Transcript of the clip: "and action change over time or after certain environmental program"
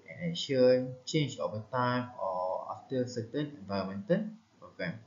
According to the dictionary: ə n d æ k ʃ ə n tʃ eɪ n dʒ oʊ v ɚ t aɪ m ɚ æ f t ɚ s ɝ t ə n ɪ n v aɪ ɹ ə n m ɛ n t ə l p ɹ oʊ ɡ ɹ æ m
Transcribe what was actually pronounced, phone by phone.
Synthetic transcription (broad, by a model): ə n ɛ ʃ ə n tʃ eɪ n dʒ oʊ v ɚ t aɪ m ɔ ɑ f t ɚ s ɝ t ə n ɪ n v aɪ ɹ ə m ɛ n t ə n p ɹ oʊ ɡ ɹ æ m